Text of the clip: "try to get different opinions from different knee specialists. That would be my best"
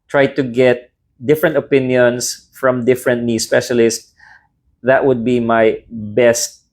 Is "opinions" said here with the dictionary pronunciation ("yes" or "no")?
no